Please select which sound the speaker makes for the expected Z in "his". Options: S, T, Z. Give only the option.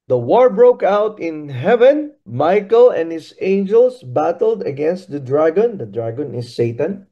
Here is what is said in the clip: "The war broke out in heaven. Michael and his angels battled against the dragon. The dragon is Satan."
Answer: S